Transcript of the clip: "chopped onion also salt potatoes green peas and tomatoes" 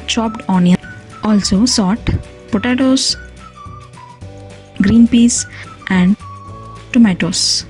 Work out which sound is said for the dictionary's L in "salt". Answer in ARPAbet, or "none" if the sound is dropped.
none